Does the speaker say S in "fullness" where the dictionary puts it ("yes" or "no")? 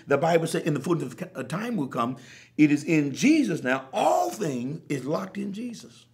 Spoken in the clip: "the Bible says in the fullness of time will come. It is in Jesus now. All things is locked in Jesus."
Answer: no